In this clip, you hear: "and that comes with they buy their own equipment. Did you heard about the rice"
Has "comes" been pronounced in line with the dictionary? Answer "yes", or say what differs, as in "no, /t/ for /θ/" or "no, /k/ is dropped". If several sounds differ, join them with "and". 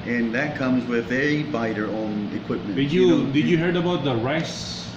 yes